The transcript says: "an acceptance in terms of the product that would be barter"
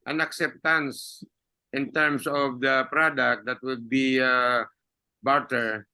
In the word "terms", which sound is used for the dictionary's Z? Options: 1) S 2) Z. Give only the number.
1